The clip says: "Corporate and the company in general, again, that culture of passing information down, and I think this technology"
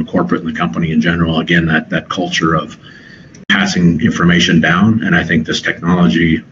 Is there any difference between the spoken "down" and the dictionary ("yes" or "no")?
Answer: no